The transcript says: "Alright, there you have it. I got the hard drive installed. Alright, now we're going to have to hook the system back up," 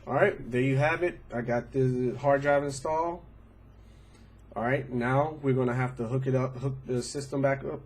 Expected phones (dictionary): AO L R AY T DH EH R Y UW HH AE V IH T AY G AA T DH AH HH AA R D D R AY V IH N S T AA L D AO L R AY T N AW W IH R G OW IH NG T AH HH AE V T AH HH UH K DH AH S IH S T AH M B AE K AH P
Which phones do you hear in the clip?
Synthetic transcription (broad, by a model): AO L R AY T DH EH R Y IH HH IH V IH T AY G AA T DH AH HH AA R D D R AY V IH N S T AA L AO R R AY T N AW W IH R G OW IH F T AH HH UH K T AH HH UH K DH AH S IH S T AH M B AE K AH P